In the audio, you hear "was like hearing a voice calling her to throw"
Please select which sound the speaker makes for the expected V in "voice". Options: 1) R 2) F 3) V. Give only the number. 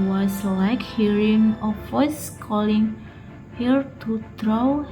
2